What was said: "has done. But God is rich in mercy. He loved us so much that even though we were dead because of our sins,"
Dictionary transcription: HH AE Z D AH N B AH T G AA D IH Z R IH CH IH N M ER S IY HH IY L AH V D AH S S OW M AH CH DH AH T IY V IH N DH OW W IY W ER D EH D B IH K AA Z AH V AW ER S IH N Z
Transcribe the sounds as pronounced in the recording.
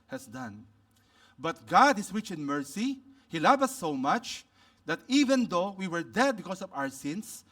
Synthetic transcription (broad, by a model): HH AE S D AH N B AH T G AA D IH S R IH CH IH N M ER S IY HH IY L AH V AH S S OW M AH CH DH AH T IY V IH N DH OW W IY W ER D EH D B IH K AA S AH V AW ER S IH N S